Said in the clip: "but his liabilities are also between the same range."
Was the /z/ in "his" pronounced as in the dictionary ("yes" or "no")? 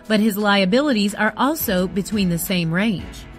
yes